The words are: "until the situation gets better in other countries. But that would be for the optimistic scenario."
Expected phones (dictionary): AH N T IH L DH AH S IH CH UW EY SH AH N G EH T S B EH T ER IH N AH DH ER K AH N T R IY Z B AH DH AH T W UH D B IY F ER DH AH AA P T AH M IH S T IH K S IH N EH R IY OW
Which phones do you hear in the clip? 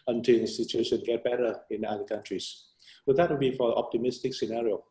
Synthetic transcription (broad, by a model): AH N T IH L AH S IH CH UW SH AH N G EH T B EH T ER IH N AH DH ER K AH N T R IY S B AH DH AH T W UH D B IY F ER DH AA P T AH M IH S T IH K S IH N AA R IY OW